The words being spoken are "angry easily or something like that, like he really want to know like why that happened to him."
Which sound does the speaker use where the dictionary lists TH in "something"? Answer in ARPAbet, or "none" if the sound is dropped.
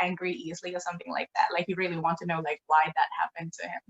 TH